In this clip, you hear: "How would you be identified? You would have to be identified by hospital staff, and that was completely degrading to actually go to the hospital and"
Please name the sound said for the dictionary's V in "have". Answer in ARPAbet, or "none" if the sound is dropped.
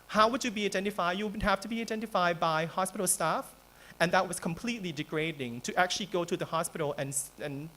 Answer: F